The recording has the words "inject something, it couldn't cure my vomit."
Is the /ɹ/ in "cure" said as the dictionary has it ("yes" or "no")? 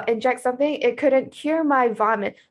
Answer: yes